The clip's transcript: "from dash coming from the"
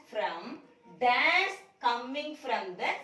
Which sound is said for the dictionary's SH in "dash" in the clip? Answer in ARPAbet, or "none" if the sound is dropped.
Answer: S